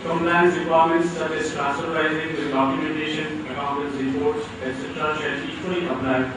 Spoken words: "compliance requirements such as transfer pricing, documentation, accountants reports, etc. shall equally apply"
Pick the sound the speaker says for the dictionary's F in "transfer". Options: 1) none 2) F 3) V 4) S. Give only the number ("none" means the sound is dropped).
1